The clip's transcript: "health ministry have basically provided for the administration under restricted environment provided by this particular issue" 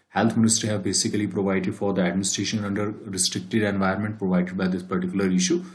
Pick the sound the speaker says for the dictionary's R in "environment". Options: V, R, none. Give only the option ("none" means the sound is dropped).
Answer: none